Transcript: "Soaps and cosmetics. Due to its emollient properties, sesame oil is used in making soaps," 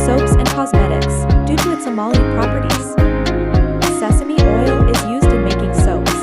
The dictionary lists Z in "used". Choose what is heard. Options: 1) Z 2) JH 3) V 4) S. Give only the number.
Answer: 1